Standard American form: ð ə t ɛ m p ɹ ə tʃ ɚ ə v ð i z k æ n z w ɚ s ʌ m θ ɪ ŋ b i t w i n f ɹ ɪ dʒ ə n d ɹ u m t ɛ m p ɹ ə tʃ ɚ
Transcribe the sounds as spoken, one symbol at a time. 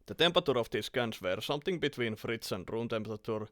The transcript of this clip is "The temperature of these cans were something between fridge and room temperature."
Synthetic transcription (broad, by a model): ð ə t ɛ m p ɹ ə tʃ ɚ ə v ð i s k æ n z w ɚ s ʌ m θ ɪ ŋ b i t w i n f ɹ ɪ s ə n d ɹ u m t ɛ m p ɹ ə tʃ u